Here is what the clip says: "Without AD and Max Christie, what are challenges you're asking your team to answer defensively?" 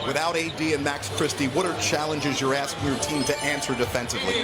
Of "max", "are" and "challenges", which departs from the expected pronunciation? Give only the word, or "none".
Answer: none